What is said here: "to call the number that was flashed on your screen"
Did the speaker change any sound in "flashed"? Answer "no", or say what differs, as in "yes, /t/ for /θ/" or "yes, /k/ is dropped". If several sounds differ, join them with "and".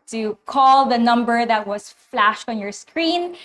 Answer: no